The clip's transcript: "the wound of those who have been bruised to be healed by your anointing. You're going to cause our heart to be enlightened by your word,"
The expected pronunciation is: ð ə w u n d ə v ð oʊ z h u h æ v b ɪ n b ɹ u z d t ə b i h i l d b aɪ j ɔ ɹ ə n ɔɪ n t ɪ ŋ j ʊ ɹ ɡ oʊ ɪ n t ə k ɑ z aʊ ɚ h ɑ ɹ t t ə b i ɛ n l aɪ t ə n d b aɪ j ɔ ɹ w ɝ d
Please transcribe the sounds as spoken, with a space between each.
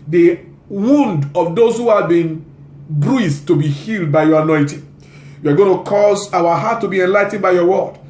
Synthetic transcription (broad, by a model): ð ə w u n d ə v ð oʊ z h u h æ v b ɪ n b ɹ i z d t ə b i h i l d b aɪ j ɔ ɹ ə n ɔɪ t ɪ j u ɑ ɡ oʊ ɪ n t ə k ɑ z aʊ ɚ h ɑ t t ə b i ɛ n l aɪ t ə n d b aɪ j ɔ w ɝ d